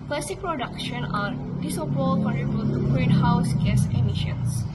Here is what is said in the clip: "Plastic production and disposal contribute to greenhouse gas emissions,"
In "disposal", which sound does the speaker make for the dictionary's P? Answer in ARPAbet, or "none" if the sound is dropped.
none